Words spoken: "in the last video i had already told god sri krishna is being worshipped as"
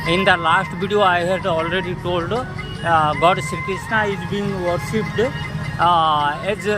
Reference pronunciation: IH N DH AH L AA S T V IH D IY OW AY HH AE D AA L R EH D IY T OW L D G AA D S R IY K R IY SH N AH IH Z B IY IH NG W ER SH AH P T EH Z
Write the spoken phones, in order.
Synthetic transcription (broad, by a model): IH N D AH L AA S T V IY D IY OW AY HH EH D AA L R EH D IY T OW L D G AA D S IY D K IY S N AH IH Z B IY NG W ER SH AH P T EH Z